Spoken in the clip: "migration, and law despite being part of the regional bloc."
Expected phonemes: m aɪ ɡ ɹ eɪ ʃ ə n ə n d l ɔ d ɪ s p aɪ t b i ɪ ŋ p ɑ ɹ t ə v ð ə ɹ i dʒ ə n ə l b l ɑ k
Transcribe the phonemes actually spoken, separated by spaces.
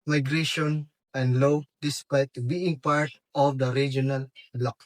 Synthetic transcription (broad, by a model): m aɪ ɡ ɹ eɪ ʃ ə n ə n d l ɔ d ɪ s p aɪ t b i ɪ ŋ p ɑ ɹ t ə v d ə ɹ i dʒ ə n ə l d l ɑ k